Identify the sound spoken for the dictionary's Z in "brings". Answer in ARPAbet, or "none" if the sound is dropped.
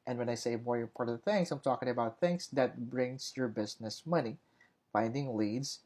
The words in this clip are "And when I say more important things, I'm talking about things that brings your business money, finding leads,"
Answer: S